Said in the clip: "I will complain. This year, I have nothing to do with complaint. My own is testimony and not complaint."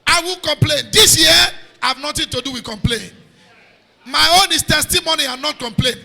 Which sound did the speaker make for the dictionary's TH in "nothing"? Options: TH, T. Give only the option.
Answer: T